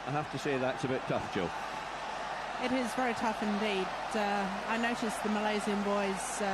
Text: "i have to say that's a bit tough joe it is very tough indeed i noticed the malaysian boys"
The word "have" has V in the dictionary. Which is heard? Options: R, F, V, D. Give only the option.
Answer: F